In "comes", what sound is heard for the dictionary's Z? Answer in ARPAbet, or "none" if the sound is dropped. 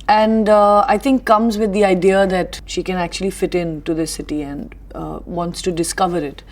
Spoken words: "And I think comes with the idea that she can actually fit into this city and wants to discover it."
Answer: Z